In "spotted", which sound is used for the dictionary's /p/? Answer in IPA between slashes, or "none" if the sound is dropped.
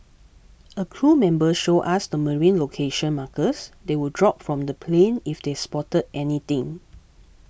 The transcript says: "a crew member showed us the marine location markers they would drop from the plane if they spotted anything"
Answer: /p/